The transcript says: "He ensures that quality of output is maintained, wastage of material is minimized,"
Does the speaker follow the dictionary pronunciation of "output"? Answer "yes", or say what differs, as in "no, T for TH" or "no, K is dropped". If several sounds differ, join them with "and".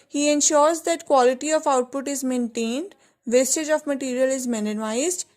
yes